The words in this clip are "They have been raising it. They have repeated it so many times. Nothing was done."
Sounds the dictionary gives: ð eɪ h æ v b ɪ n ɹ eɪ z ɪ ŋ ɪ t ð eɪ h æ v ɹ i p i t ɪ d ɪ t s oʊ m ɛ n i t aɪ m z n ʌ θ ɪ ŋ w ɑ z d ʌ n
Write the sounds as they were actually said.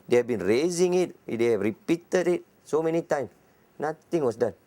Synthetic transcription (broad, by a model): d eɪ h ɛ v b ɪ n ɹ eɪ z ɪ ŋ ɪ t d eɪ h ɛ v ɹ i p i t ɪ d ɪ t s oʊ m ɛ n i t aɪ m s n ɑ t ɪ ŋ w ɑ s d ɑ n